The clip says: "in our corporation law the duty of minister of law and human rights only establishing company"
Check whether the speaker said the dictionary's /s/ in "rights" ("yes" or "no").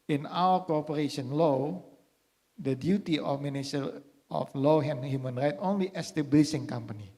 no